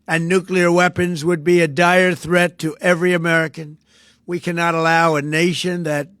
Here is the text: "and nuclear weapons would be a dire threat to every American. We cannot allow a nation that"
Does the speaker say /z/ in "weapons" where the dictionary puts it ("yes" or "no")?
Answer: yes